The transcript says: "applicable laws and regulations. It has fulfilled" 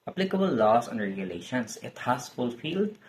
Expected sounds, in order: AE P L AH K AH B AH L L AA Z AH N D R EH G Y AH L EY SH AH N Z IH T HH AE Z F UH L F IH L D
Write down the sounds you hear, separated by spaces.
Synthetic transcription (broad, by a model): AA P L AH K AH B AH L L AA S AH N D R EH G Y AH L EY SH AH N S IH T HH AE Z F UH L F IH L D